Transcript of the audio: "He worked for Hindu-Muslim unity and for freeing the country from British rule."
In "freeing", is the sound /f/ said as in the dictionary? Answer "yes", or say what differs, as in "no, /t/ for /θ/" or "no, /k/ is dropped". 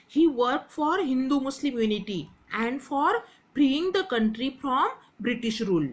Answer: no, /p/ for /f/